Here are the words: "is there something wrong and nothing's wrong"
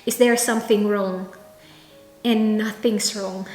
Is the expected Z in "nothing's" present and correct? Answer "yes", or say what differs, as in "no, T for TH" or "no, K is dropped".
no, S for Z